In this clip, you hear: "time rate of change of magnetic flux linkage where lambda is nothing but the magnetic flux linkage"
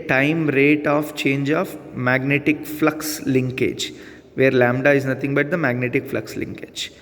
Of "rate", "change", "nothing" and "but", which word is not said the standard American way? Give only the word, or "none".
nothing